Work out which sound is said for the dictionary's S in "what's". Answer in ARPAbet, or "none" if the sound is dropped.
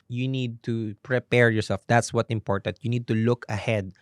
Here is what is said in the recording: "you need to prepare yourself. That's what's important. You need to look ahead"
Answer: none